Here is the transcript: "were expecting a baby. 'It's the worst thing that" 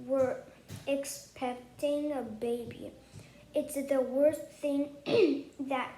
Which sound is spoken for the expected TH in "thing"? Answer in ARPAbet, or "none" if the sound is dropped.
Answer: TH